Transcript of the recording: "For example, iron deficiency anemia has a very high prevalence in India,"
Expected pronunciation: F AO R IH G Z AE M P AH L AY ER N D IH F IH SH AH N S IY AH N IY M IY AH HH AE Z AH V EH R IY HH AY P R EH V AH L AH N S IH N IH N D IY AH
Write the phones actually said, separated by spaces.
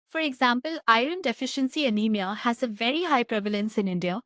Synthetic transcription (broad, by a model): F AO R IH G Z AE M P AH L AY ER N D IH F IH SH AH N S IY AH N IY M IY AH HH AE Z AH V EH R IY HH AY P R EH V AH L AH N S IH N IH N D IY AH